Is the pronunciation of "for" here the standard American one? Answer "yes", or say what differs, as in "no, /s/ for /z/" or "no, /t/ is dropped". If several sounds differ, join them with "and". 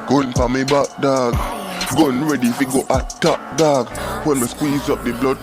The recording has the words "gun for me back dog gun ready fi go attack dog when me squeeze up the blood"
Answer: no, /p/ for /f/